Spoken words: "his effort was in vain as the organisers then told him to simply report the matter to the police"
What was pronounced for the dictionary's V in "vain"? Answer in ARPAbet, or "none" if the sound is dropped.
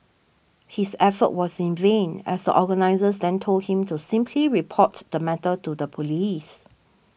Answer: V